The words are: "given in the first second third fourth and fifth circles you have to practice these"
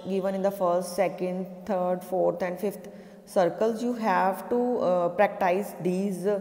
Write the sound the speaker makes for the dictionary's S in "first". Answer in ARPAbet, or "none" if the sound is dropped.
S